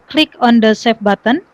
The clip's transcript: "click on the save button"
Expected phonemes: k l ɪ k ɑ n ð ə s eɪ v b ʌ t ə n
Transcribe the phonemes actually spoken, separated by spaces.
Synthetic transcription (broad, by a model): k l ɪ k ɑ n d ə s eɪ f b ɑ t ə n